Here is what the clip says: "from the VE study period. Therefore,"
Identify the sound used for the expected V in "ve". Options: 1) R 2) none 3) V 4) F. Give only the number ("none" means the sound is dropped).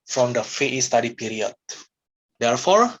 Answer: 4